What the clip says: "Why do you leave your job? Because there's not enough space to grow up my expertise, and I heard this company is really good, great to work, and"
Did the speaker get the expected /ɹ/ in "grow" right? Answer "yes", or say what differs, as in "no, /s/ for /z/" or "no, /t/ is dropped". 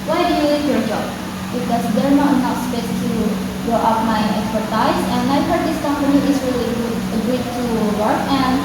no, /ɹ/ is dropped